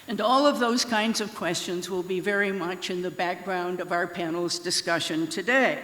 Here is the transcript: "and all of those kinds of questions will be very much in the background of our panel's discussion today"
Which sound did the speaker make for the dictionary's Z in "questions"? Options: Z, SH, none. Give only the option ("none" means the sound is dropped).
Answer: Z